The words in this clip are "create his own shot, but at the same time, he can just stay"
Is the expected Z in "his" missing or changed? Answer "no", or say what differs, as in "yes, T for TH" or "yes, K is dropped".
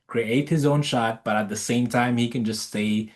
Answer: no